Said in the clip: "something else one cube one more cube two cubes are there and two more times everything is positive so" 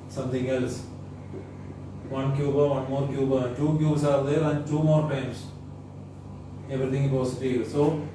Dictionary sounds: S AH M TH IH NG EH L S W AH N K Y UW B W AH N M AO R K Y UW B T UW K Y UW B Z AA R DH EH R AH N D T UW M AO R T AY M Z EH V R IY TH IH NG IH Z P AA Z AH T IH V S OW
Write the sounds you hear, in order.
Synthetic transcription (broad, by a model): S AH M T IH NG EH L S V AH N K Y UW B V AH N M AO R K Y UW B T UW K Y UW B S AA R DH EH R AH N D T UW M AO R T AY M S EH V R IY T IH NG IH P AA S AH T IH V S OW